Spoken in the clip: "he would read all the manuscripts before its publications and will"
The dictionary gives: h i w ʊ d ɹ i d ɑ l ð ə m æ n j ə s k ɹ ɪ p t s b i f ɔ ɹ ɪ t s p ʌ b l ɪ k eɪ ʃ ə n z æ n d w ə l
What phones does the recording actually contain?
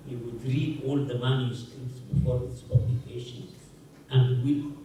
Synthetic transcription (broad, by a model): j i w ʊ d ɹ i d ɑ l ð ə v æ l j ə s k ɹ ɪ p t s b i f ɔ ɹ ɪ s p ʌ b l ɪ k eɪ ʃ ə n æ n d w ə